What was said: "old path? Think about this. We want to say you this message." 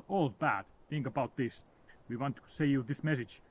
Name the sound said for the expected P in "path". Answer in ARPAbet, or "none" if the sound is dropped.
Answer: B